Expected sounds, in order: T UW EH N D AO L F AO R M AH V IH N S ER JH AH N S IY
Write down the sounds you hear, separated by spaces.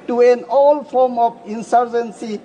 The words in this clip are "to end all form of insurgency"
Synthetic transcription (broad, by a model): T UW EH N AO L F AO R M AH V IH N S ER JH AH N S IY